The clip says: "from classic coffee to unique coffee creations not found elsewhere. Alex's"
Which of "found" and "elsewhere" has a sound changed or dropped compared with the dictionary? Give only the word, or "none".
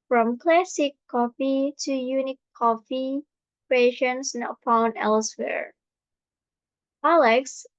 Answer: found